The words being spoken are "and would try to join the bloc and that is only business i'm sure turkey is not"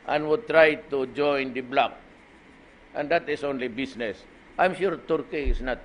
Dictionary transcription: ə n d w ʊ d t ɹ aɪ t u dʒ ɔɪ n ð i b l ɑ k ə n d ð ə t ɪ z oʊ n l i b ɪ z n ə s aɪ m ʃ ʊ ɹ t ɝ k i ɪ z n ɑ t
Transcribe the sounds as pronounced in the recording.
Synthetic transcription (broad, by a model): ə n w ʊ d t ɹ aɪ t u dʒ ɔɪ n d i b l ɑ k ə n d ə t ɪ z oʊ n l i b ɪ s n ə s aɪ m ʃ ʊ ɹ t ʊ k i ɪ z n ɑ t